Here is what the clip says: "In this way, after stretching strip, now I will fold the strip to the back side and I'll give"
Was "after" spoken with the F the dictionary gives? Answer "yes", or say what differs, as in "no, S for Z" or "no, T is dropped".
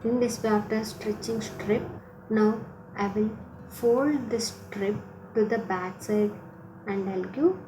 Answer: no, F is dropped